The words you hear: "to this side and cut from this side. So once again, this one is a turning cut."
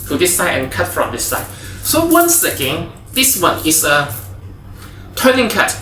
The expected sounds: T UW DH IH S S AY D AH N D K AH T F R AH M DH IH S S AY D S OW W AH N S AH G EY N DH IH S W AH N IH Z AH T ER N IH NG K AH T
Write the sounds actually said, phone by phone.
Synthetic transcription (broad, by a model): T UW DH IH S S AY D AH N K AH T F R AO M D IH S S AY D S OW W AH N S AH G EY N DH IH S W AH N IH S AH T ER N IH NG K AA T